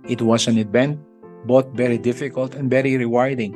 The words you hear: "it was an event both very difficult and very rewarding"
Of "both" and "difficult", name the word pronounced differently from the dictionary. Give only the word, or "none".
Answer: both